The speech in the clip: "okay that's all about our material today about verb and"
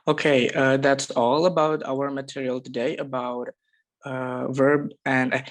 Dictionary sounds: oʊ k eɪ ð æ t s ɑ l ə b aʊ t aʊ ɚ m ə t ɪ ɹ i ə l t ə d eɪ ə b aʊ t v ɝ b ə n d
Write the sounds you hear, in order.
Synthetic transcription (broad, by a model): oʊ k eɪ ð æ t s ɑ l ə b aʊ t aʊ ɚ m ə t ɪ ɹ i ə l t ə d eɪ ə b aʊ t v ɝ b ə n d